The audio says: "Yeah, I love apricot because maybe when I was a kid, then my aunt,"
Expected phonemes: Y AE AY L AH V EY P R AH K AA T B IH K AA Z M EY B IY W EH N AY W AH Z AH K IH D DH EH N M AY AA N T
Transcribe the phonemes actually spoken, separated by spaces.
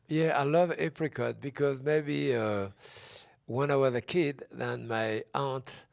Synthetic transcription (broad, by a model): Y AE AY L AH V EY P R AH K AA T B IH K AA Z M EY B IY W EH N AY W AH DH AH K IH D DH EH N M AY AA N T